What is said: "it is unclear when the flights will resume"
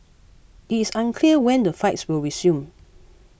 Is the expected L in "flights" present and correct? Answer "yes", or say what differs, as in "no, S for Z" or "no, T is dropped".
no, L is dropped